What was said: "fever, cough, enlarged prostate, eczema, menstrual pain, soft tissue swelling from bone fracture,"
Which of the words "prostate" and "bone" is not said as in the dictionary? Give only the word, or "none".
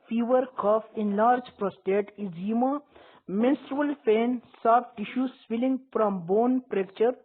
none